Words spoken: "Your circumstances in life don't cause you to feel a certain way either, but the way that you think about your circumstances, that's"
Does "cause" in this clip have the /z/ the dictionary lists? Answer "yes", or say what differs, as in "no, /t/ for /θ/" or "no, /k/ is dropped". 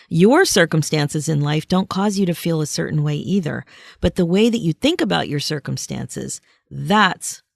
yes